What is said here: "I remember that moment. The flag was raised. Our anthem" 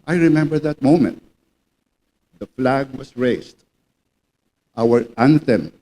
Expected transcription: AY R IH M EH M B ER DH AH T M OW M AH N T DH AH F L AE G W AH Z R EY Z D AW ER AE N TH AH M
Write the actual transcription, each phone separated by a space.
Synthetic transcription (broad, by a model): AY R IH M EH M B ER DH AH T M OW M AH N T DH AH F L AE G W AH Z R EY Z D AW ER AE N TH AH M